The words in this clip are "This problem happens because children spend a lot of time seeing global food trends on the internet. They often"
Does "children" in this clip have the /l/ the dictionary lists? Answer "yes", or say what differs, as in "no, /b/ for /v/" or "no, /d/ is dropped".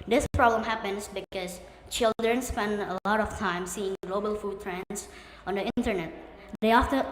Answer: yes